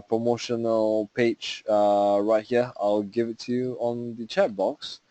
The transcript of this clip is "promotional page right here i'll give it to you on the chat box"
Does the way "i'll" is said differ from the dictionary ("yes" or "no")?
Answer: no